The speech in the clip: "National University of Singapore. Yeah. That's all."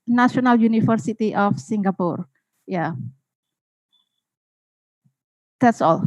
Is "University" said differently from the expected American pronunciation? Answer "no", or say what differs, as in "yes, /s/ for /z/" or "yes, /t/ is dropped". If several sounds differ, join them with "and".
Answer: yes, /f/ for /v/